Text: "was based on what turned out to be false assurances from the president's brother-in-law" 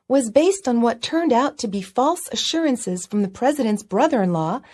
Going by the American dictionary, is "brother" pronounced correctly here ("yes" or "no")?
yes